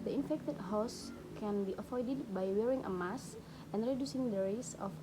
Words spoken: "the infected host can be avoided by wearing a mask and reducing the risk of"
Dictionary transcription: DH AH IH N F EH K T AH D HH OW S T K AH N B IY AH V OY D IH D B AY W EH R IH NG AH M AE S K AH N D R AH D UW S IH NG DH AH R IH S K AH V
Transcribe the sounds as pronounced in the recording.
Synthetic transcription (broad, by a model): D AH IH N F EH K T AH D HH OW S K AH N B IY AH F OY D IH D B AY W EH R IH NG AH M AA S AH N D R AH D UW S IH NG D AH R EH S AH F